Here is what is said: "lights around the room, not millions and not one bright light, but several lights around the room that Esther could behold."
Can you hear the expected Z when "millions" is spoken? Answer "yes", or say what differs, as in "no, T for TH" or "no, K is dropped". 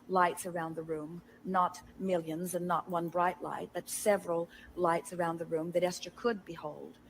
yes